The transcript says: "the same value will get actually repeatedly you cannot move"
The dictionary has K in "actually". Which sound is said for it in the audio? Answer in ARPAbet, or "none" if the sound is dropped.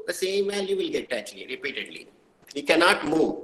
none